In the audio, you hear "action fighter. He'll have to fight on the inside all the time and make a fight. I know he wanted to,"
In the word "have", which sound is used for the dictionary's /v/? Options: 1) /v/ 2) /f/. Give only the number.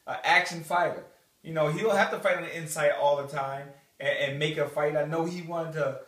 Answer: 2